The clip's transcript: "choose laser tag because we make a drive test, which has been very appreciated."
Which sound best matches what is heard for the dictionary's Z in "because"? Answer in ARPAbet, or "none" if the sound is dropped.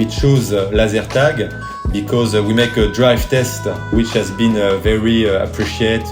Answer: Z